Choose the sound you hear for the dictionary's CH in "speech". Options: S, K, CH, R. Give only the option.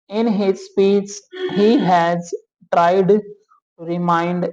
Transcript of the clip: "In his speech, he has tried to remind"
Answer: S